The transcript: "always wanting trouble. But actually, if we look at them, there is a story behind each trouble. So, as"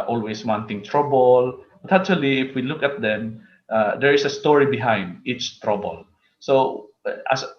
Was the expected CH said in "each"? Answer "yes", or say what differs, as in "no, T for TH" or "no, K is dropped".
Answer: yes